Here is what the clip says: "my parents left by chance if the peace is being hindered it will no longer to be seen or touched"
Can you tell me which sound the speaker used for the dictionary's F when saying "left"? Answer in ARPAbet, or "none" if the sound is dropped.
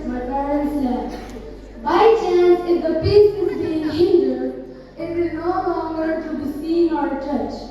none